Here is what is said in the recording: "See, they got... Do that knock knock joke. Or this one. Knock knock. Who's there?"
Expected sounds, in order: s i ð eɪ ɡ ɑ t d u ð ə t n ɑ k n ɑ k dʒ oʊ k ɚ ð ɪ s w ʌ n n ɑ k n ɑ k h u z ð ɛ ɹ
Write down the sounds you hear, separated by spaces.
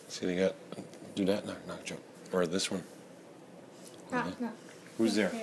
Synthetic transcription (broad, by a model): s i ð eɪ ɡ ɑ t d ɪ ð ə t n ɑ k n ɑ k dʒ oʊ ɚ ð ɪ s w ʌ n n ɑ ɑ h u z ð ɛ ɹ